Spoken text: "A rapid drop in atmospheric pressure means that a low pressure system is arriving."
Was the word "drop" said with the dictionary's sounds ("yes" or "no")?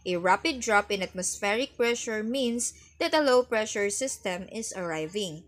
yes